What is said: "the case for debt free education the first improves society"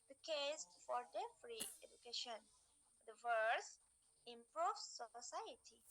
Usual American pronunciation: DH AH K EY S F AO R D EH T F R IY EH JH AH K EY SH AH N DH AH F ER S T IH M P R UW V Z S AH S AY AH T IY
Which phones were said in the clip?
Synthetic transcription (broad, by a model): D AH K EY S F AO R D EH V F R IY EH JH AH K EY SH AH N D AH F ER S IH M P R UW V S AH S AY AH T IY